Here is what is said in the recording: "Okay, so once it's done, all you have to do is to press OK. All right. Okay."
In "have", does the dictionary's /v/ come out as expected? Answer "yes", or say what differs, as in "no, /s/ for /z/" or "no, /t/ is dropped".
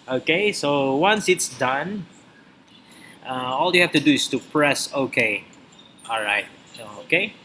no, /f/ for /v/